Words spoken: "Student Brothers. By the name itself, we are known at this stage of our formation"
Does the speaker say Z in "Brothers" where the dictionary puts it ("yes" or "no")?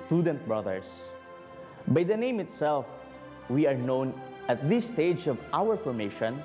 no